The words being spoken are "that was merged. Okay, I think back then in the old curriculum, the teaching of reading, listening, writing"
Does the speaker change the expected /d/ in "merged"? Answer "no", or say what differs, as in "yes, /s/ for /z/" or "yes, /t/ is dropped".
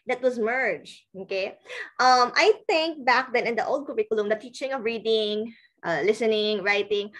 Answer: yes, /d/ is dropped